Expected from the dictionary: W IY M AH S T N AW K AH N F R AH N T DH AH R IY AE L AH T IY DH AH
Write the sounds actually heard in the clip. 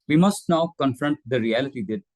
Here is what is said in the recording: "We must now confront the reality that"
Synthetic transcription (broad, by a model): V IY M AH S T N AW K AH N F R AH N T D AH R IY AE L AH T IY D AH